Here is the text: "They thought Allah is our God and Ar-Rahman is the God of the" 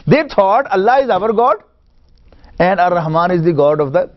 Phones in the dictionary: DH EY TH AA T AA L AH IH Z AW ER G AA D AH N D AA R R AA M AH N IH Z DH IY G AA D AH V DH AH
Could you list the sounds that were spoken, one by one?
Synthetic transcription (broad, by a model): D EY T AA T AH L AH IH Z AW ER G AA D AH N D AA R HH M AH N IH Z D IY G AA D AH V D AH